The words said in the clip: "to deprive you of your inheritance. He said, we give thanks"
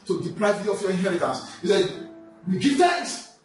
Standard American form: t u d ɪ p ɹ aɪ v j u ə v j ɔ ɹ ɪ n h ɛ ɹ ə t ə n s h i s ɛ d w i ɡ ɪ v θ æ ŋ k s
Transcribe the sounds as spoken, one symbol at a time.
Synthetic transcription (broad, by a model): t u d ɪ p l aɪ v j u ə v j ɔ ɹ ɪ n h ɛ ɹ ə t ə n s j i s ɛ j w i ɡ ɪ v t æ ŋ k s